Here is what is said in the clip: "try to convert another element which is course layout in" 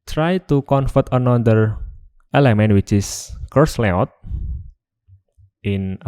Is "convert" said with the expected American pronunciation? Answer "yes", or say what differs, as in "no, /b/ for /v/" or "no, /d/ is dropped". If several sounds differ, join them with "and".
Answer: no, /f/ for /v/